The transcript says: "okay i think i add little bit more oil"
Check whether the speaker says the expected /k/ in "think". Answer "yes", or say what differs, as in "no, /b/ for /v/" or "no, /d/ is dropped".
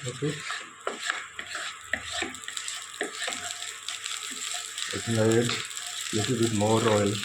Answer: no, /k/ is dropped